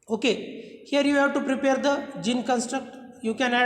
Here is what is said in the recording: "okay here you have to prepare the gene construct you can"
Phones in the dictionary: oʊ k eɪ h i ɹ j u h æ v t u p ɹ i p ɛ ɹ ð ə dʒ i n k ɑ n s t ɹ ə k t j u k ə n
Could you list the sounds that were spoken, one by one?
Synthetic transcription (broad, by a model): oʊ k eɪ h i ɹ j u h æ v t u p ɹ i p ɛ ɹ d ə dʒ i n k ɑ n s t ɹ ə k t j u k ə n